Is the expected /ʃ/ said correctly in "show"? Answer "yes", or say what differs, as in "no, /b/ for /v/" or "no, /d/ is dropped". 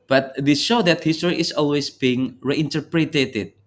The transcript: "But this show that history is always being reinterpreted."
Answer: yes